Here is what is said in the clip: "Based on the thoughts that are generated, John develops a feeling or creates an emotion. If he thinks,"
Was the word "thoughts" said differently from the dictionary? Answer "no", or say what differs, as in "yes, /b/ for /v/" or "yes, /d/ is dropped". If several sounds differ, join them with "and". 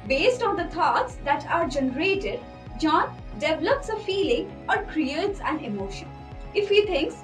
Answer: yes, /t/ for /θ/